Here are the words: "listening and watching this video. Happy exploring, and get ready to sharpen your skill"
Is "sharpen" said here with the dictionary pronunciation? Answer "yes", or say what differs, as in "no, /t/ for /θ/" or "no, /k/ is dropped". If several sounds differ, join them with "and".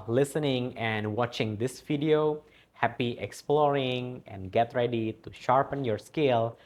yes